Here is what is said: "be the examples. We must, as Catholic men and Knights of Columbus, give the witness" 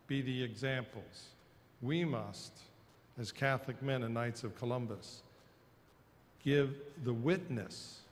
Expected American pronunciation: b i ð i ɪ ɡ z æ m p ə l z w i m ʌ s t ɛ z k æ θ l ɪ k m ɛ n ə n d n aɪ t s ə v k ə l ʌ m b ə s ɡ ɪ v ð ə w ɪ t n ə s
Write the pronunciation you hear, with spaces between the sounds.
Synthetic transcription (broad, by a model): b i ð i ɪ ɡ z æ m p l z w i m ʌ s t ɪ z k æ θ l ɪ k m ɛ n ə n n aɪ t s ə v k ə l ʌ m b ə s ɡ ɪ v ð ə w ɪ t n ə s